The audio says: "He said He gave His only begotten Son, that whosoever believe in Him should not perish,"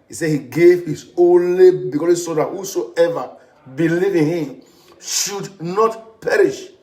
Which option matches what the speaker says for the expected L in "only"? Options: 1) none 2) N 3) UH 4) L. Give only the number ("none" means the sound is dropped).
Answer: 4